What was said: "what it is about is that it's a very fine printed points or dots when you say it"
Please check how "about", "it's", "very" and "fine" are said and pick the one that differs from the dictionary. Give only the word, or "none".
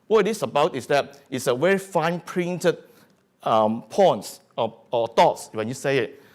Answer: very